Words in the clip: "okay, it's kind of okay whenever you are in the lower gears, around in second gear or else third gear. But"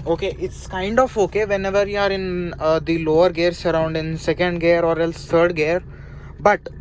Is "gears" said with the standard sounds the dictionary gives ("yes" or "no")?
no